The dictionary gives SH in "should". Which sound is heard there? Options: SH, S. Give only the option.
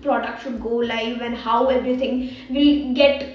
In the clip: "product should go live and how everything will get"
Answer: S